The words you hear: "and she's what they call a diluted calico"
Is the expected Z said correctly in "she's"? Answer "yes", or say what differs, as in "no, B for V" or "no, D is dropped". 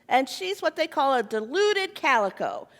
yes